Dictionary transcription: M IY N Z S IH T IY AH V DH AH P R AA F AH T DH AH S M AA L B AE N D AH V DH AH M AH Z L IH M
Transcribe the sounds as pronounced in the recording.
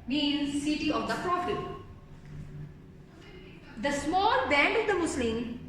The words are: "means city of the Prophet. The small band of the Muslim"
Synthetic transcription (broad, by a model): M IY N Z S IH T IY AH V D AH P R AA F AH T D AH S M AA L B AE N D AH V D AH M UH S L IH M